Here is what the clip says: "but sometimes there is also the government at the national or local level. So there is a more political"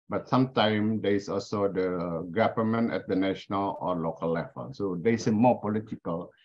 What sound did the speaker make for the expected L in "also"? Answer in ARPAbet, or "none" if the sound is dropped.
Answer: L